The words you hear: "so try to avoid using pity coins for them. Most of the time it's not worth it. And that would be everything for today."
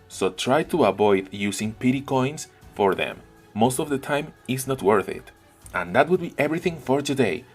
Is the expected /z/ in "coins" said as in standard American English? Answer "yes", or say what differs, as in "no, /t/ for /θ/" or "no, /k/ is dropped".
no, /s/ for /z/